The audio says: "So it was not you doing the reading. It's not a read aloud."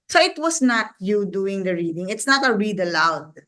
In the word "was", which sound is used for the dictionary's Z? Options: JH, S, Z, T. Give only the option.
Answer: S